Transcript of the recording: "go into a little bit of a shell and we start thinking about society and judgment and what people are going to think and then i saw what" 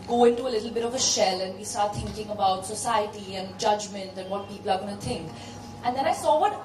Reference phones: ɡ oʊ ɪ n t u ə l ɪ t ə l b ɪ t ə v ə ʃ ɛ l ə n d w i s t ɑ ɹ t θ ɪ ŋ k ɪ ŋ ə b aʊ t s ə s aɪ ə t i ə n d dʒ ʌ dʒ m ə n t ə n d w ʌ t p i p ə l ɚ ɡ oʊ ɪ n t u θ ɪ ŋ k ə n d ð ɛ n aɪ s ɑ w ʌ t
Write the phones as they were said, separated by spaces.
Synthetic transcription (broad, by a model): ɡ oʊ ɪ n t u ə l ɪ t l b ɪ t ə v ə ʃ ɛ l ə n d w i s t ɑ ɹ t t ɪ ŋ k ɪ ŋ ə b aʊ t s ə s aɪ ə t i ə n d dʒ ʌ dʒ m ə n t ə n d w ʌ t p i p ə l ɚ ɡ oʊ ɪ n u t ɪ ŋ k ə n d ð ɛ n aɪ s ɑ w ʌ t